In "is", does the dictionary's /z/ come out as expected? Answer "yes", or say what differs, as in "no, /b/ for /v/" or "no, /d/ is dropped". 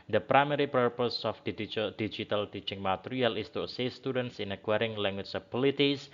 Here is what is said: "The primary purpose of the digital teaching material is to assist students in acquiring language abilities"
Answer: no, /s/ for /z/